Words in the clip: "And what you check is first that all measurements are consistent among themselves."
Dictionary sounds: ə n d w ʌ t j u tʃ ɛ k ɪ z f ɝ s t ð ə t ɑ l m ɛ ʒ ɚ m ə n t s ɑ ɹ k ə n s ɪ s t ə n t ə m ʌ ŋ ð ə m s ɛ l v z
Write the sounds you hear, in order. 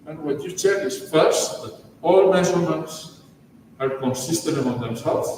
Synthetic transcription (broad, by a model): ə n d w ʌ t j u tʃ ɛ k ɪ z f ɝ s t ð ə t ɑ l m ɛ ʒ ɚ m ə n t s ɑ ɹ k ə n s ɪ s t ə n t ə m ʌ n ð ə m s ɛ l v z